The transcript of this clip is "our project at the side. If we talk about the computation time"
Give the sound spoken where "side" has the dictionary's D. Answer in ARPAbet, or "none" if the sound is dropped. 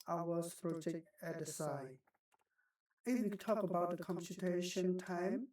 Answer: none